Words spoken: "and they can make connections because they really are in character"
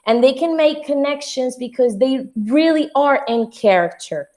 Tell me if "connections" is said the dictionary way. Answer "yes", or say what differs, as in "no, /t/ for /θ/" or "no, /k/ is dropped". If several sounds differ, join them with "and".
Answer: yes